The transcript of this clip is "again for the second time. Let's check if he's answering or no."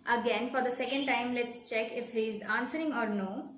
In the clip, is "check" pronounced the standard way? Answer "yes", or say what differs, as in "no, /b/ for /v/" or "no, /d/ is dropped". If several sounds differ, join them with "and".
yes